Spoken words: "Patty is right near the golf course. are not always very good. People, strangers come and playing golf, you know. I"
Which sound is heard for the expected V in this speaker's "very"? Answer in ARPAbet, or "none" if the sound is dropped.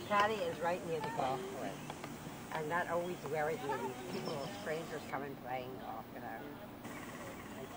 W